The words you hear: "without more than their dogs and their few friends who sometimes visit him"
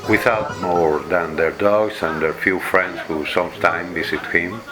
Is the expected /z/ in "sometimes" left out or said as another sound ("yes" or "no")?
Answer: yes